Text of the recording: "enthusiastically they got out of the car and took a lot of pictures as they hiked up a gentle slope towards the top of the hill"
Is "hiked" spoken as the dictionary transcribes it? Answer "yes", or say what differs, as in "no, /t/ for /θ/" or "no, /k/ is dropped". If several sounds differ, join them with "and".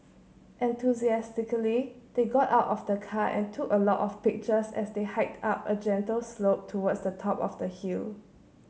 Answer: yes